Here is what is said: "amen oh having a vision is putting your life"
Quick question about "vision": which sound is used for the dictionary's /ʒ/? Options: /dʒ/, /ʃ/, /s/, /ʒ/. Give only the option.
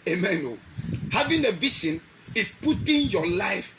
/ʃ/